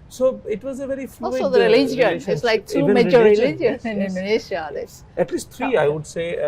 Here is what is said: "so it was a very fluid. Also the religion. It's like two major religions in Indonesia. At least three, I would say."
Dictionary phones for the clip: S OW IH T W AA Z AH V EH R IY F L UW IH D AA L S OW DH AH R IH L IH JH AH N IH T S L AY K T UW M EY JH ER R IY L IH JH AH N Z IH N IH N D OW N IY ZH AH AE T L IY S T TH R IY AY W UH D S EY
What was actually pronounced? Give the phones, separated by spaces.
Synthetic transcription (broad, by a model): S OW IH T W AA Z AH V EH R IY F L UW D AA L S OW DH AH R IH L IH JH AH N IH T S L AY K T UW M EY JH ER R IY L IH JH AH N IH N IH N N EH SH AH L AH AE T L IY S T T R IY AY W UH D S EY